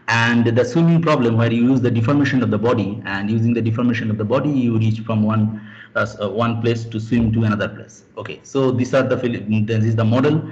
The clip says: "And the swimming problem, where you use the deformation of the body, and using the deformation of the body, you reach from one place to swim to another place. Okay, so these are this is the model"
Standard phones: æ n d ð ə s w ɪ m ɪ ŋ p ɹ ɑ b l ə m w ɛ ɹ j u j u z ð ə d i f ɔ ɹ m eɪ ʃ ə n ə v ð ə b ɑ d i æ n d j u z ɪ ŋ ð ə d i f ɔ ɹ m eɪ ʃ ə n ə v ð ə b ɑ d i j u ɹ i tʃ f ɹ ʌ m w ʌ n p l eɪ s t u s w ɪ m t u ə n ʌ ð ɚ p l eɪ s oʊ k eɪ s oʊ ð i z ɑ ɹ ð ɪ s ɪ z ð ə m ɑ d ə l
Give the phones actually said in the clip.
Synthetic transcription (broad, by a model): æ n d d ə s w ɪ m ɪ ŋ p ɹ ɑ b l ə m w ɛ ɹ j u j u z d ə d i f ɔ ɹ m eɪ ʃ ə n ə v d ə b ɑ d i æ n d j u z ɪ ŋ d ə d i f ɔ ɹ m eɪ ʃ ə n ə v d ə b ɑ d i j u ɹ i tʃ f ɹ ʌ m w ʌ n p l eɪ s t u s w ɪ m t u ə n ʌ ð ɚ p l eɪ s oʊ k eɪ s oʊ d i s ɑ ɹ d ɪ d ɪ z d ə m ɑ d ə l